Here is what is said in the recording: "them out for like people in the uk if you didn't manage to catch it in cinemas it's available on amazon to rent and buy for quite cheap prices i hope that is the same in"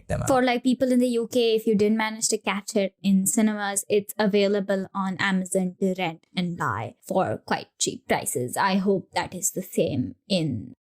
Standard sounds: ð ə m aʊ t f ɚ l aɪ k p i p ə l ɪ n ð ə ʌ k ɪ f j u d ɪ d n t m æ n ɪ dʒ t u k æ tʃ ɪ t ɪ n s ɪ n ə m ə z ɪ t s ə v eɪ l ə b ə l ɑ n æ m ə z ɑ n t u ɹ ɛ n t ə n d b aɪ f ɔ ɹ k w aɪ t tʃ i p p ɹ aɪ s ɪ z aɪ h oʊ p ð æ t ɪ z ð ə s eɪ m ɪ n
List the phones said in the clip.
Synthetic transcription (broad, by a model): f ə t l aɪ k p i p ə l ɪ n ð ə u k ɪ f j u d ɪ d n t m æ n ɪ dʒ t u k æ tʃ ɪ t ɪ n s ɪ n ə m ə z ɪ t s ə v eɪ l ə b ə l ɑ n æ m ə z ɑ n t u ɹ ɛ n t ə n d b aɪ f ɔ ɹ k w aɪ t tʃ i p p ɹ aɪ s ɪ z aɪ h oʊ p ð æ t ɪ z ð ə s eɪ m ɪ n